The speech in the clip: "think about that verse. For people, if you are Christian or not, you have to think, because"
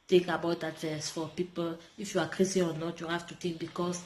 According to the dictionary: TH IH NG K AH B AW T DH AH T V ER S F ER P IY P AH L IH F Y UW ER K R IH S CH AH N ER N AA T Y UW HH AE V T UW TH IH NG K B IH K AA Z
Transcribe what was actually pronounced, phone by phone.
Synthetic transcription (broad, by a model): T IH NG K AH B AW T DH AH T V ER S F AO P IY P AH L IH F Y UW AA K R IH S AH AO N AA T Y UW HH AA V T UW T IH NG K B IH K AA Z